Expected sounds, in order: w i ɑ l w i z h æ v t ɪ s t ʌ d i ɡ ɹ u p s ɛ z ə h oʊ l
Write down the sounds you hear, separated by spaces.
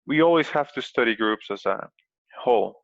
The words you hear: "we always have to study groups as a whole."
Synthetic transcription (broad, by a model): w i ɑ l w i z h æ f t ɪ s t ʌ d i ɡ ɹ u p s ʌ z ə h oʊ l